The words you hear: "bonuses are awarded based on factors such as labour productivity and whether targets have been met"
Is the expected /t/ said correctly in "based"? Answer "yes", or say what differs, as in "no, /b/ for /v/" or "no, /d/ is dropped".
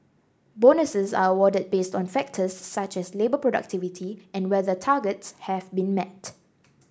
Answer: yes